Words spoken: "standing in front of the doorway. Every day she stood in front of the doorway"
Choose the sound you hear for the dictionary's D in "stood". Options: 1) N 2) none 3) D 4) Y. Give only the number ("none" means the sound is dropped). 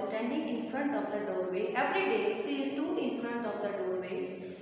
2